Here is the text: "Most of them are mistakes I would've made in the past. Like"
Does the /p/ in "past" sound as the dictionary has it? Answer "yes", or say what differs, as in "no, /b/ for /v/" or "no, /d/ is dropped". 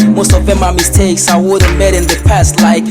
yes